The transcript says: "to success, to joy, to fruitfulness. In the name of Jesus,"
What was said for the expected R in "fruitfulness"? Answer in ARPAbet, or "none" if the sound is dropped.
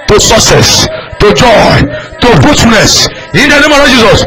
none